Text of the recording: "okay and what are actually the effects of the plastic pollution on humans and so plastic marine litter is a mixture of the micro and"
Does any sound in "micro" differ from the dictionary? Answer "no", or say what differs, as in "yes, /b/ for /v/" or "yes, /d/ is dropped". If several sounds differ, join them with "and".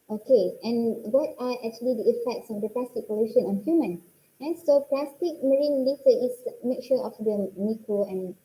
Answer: yes, /ɹ/ is dropped